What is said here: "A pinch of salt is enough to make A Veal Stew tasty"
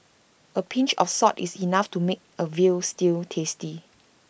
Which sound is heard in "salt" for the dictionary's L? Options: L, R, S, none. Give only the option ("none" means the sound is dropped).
none